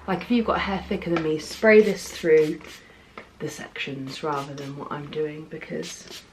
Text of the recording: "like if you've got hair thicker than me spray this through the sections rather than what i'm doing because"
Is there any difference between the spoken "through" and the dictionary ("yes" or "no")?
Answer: no